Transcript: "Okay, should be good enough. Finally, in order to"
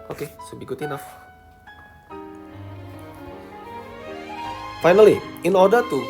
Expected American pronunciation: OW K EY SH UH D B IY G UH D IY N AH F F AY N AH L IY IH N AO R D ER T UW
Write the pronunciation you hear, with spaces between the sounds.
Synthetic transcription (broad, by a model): OW K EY S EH B IY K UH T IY N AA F F AY N AH L IY IH N AO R D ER T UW